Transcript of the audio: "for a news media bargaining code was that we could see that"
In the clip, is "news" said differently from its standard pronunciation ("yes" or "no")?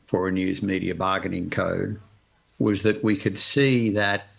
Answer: no